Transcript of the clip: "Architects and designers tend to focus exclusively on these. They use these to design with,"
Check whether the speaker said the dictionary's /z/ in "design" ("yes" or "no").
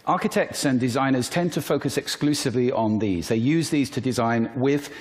yes